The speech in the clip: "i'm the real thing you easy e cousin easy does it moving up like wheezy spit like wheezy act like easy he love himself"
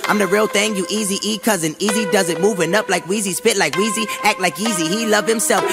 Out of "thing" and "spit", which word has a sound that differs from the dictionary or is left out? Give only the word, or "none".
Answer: none